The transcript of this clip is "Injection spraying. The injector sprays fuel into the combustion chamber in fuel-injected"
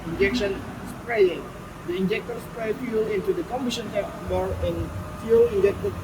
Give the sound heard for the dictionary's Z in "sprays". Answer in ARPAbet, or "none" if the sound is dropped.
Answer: none